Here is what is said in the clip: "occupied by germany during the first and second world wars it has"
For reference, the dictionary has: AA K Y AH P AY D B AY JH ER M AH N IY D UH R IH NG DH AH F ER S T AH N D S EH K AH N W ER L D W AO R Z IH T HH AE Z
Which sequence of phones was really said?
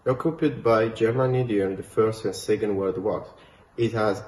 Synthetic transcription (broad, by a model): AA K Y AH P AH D B AY JH ER M AH N IY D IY IH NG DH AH F ER S T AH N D S EH K AH N W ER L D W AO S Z IH T HH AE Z